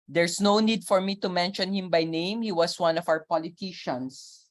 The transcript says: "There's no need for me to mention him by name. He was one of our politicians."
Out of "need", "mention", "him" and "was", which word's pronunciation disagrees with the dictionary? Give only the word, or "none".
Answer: was